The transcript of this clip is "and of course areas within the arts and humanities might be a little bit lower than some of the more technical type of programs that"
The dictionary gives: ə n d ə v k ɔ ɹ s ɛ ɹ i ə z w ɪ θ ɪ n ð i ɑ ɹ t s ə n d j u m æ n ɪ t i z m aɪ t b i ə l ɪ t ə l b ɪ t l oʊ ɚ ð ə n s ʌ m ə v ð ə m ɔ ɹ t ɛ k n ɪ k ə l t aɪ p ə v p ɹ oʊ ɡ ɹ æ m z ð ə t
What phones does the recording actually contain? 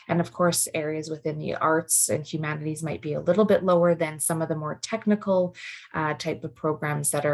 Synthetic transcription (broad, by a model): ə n ə v k ɔ ɹ s ɛ ɹ i ə z w ɪ θ ɪ n ð i ɑ ɹ t s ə n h j u m æ n ɪ t i z m aɪ t b i ə l ɪ t l b ɪ t l oʊ ɚ ð ə n s ʌ m ə v ð ə m ɔ ɹ t ɛ k n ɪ k l t aɪ p ə v p ɹ oʊ ɡ ɹ æ m z ð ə t